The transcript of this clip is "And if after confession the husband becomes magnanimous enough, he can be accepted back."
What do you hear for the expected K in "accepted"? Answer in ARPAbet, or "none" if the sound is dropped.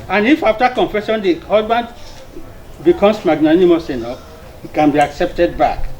K